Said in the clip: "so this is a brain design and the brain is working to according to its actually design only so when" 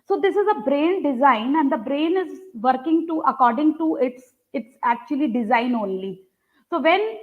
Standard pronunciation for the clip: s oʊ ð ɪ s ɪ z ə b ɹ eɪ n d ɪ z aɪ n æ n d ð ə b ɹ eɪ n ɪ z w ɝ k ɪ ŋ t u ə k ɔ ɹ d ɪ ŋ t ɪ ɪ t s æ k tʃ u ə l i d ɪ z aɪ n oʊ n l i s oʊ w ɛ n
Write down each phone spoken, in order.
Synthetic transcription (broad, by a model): s oʊ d ɪ s ɪ z ə b ɹ eɪ n d ɪ z aɪ n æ n d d ə b ɹ eɪ n ɪ z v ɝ k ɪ ŋ t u ə k ɔ ɹ d ɪ ŋ t ɪ ɪ t s æ k tʃ u ə l i d ɪ z aɪ n oʊ n l i s oʊ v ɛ n